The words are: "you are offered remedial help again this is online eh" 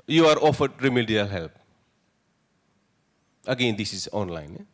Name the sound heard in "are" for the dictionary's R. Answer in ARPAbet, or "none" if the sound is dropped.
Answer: R